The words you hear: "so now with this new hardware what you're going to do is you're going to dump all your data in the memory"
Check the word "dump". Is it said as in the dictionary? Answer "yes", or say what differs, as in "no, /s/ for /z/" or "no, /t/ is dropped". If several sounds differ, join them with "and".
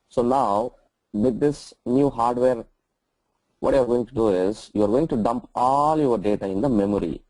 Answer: yes